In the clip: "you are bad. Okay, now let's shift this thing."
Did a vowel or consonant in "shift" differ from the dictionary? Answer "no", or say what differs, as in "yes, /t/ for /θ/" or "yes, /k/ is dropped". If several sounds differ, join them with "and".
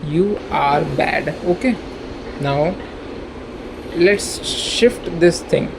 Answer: no